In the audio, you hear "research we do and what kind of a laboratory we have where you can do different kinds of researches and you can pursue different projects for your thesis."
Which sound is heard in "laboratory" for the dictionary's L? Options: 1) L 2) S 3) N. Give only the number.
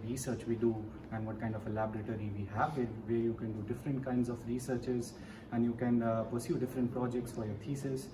1